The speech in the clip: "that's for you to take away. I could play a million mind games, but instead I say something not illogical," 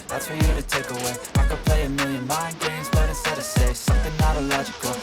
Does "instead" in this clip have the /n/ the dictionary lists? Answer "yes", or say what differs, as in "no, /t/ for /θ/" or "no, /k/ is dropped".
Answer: no, /n/ is dropped